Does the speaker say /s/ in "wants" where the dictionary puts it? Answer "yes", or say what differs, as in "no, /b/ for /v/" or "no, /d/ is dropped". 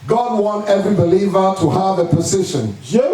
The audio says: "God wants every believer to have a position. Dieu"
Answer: no, /s/ is dropped